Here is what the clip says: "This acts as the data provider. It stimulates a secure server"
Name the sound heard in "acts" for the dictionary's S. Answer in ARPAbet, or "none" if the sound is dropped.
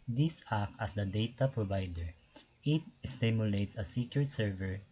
none